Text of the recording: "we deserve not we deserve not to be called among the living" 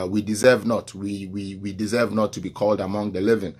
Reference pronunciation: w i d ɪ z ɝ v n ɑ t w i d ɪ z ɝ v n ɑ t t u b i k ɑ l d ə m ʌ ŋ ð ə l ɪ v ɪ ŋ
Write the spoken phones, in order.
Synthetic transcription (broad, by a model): w i d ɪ z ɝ v n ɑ t w i d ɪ z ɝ v n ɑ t t u b i k ɑ l d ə m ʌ ŋ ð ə l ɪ v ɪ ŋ